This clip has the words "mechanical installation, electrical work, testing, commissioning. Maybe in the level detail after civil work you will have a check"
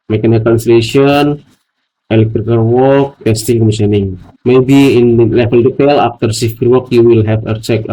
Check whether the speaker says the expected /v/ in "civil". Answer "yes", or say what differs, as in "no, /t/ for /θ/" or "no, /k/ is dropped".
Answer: no, /f/ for /v/